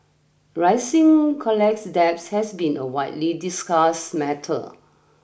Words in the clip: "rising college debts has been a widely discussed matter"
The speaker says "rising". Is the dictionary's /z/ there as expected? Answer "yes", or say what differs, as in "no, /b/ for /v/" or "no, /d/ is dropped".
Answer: no, /s/ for /z/